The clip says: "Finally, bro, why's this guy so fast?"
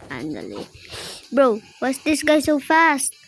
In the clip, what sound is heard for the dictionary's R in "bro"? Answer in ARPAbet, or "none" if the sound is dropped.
R